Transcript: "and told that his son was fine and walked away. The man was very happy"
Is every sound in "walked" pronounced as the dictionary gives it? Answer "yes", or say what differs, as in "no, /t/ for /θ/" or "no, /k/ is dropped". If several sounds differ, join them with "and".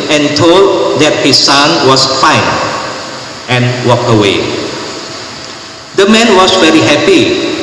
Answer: no, /t/ is dropped